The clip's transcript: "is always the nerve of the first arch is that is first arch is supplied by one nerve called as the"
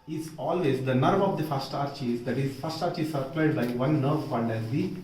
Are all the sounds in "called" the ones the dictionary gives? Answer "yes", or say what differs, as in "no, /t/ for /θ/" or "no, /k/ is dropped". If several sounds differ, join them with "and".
no, /n/ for /l/